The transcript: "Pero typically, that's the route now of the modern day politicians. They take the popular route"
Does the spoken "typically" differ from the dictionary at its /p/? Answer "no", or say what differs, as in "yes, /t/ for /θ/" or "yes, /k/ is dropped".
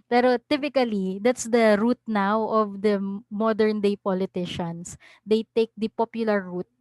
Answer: no